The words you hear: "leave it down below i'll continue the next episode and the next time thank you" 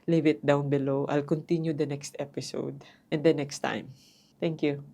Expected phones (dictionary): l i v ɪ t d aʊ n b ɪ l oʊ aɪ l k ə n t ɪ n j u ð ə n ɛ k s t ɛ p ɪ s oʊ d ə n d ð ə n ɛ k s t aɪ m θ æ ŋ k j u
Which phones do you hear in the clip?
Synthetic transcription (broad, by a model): l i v ɪ t d aʊ n b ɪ l oʊ aɪ l k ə n t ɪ n j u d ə n ɛ k s t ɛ p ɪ s oʊ d ə n d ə n ɛ k s t aɪ m t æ ŋ k j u